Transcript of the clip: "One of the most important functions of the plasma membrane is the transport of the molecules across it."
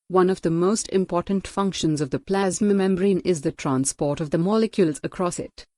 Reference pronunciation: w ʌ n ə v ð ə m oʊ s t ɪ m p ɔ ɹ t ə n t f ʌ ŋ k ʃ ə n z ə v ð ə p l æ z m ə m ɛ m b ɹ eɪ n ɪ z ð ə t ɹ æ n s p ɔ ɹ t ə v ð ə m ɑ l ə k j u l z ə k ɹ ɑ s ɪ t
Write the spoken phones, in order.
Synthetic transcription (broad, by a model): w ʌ n ə v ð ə m oʊ s t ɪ m p ɔ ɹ t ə n t f ʌ ŋ k ʃ ə n z ə v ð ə p l æ z m ə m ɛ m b ɹ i n ɪ z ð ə t ɹ æ n s p ɔ ɹ t ə v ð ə m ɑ l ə k j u l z ə k ɹ ɑ s ɪ t